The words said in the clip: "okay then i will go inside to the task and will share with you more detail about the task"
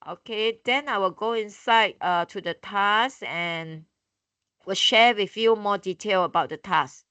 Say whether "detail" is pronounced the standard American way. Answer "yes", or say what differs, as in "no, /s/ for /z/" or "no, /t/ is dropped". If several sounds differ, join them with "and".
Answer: yes